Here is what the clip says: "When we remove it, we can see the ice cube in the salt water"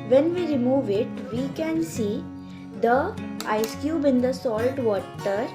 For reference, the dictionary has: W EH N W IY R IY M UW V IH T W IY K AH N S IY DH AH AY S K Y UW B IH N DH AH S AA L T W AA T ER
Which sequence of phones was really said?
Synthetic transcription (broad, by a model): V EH N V IY R IY M UW V IH T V IY K AH N S IY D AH AY S K Y UW B IH N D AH S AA L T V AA T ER